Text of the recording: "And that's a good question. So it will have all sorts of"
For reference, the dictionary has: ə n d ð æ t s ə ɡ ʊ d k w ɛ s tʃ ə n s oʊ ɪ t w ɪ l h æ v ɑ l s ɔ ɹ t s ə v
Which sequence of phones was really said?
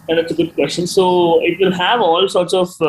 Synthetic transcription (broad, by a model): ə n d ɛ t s ə ɡ ʊ d k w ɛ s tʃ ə n s oʊ ɪ t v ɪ l h æ v ɑ l s ɔ ɹ t s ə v